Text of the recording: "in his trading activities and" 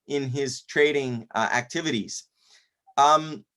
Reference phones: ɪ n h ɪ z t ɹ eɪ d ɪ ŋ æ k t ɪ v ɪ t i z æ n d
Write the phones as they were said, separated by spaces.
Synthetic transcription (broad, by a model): ɪ n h ɪ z t ɹ eɪ d ɪ ŋ æ k t ɪ v ɪ t i z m